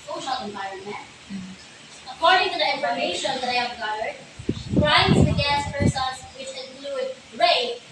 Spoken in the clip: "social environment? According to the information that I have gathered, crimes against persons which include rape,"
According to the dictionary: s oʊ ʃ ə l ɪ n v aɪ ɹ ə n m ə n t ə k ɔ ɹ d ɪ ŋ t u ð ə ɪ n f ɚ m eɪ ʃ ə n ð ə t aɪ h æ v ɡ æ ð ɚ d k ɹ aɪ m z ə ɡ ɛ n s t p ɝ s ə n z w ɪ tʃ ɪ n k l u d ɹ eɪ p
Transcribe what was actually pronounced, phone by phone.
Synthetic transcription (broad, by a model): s oʊ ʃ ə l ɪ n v aɪ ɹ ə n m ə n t ə k ɔ ɹ d ɪ ŋ t u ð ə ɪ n f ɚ m eɪ ʃ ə n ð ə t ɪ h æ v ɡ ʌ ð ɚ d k ɹ aɪ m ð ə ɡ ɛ s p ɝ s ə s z w ɪ tʃ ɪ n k l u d ɹ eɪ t